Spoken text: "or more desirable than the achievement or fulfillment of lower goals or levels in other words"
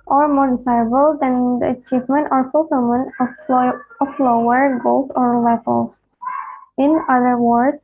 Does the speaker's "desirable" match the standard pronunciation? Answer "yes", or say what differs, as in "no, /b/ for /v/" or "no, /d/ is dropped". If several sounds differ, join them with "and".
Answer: no, /ɹ/ is dropped